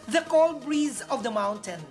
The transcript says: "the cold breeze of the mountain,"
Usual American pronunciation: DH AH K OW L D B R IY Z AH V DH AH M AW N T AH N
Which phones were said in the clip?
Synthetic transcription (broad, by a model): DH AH K OW L D B R IY Z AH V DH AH M AW N T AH N